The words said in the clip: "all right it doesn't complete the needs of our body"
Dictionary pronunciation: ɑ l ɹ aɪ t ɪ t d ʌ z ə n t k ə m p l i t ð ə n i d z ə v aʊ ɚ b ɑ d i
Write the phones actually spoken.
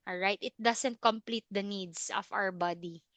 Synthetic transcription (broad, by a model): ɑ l ɹ aɪ t ɪ t d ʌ s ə n t k ə m p l i t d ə n i d s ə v aʊ ɚ b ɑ d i